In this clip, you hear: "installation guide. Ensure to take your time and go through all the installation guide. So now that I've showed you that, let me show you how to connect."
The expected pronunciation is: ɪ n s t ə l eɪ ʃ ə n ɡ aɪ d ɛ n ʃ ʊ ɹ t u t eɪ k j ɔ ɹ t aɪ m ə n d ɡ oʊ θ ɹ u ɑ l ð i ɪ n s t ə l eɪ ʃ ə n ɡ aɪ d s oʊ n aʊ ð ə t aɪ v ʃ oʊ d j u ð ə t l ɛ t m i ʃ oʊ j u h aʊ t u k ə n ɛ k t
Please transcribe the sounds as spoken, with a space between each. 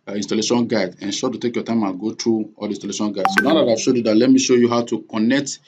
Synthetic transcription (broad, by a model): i n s t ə l eɪ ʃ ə n ɡ aɪ d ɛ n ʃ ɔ t u t eɪ k j ɔ t aɪ m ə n ɡ oʊ t ɹ u ɑ l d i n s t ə l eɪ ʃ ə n ɡ aɪ d s oʊ n aʊ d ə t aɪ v ʃ oʊ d j u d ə t l ɛ t m i ʃ oʊ j u h aʊ t u k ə n ɛ k t